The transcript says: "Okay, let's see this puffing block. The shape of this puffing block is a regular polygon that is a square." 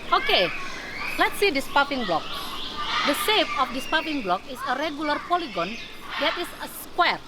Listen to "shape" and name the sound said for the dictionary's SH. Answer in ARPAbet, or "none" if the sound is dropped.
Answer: S